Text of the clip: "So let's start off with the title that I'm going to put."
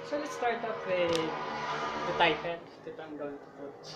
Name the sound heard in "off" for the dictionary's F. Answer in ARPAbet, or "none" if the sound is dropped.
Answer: P